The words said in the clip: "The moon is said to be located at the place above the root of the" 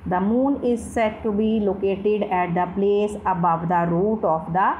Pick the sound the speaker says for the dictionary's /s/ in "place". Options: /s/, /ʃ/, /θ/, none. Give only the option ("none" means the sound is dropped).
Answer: /s/